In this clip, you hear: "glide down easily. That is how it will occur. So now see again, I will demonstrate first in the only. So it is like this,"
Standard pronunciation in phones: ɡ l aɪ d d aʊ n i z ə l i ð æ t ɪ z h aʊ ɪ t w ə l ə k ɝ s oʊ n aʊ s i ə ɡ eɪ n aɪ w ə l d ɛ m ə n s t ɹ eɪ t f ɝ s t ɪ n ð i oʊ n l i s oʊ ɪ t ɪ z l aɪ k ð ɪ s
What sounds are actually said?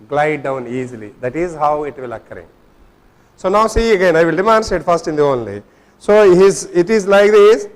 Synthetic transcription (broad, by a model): ɡ l aɪ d d aʊ n i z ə l i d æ t ɪ z h aʊ ɪ t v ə l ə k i s oʊ n aʊ s i ə ɡ eɪ n aɪ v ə l d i m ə n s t eɪ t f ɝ s t ɪ n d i oʊ n l i s oʊ ɪ t ɪ z l aɪ k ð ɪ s